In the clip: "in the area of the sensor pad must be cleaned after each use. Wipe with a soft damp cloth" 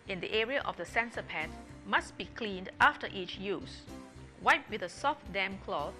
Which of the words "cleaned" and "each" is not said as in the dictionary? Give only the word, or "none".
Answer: none